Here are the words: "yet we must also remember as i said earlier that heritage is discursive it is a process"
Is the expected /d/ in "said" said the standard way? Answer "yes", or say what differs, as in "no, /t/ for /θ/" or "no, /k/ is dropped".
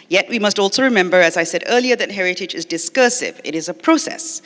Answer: yes